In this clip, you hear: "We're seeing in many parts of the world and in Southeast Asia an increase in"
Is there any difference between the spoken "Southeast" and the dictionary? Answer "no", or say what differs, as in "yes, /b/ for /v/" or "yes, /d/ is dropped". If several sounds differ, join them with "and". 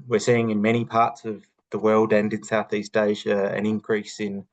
no